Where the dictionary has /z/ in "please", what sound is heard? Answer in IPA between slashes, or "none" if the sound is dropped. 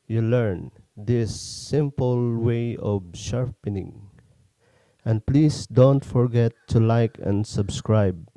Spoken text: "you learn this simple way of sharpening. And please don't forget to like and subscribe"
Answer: /s/